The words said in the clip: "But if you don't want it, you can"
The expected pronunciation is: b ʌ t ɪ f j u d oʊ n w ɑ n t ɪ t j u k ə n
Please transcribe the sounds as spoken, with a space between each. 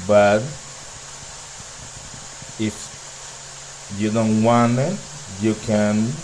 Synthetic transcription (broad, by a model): b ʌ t ɪ f j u d oʊ n w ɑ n ɪ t j u k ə n